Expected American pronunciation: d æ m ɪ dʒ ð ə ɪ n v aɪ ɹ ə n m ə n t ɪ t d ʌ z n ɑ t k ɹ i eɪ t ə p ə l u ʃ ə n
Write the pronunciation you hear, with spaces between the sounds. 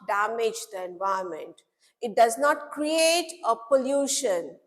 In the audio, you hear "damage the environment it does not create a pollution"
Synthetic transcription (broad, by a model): d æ m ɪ dʒ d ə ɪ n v aɪ ə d m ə n t ɪ t d ʌ z n ɑ t k ɹ i eɪ t ə p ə l u ʃ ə n